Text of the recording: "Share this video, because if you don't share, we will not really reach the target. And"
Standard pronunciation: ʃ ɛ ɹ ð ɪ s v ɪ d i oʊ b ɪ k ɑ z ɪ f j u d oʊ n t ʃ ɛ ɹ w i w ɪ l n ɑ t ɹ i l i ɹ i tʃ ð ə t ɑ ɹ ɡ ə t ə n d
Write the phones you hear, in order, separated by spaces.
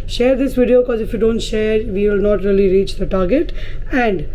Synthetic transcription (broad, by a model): ʃ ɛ ɹ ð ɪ s v ɪ d i oʊ b ɪ k ɑ z ɪ f j u d oʊ n t ʃ ɛ ɹ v i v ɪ l n ɑ t ɹ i l i ɹ i tʃ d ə t ɑ ɹ ɡ ə t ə n d